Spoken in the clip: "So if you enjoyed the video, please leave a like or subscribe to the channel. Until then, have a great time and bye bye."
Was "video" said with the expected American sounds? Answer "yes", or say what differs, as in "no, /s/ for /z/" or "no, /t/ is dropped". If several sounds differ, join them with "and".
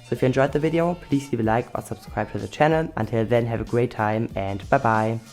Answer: yes